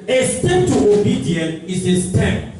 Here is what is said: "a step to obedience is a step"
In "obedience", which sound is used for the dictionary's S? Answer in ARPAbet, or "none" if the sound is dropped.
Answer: none